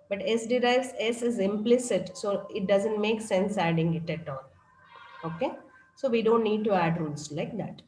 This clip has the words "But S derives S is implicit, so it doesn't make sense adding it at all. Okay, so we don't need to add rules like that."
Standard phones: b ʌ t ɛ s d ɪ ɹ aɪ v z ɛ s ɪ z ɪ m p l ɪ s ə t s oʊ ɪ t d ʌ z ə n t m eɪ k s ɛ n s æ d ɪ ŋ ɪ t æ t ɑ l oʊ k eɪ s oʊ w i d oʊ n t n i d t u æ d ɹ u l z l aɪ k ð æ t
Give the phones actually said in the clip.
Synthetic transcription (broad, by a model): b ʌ t ɛ s d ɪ ɹ aɪ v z ɛ s ɪ z ɪ m p l ɪ s ə t s oʊ ɪ t d ʌ z ə n t m eɪ k s ɛ n s æ d ɪ ŋ ɪ t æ t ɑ n oʊ k eɪ s oʊ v i d oʊ n t n i d t u æ d ɹ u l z l aɪ k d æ t